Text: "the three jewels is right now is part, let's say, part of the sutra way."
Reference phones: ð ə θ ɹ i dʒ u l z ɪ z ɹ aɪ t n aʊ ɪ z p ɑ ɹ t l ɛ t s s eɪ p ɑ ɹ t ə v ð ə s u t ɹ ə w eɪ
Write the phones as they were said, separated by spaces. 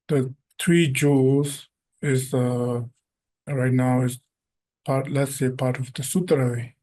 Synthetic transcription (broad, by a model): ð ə t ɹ i dʒ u z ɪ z ɹ aɪ t n aʊ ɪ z p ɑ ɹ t l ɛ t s s eɪ p ɑ ɹ t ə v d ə s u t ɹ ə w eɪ